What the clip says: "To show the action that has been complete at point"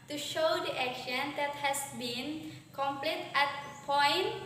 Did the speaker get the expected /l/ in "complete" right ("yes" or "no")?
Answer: yes